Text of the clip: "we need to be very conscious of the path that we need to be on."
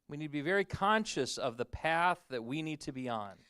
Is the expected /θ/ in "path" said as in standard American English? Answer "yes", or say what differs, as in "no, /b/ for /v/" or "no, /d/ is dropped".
yes